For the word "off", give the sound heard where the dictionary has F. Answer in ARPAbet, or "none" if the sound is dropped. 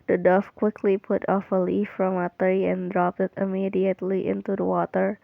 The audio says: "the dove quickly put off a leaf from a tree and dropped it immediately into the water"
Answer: F